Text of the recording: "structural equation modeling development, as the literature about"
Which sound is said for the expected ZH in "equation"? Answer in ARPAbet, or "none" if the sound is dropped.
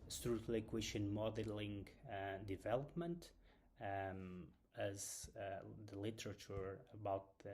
SH